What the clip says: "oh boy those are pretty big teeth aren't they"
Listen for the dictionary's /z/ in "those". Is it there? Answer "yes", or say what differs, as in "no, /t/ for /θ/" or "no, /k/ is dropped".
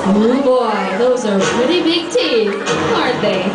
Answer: yes